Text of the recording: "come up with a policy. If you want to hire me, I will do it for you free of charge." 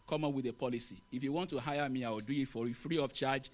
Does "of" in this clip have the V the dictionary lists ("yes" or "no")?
no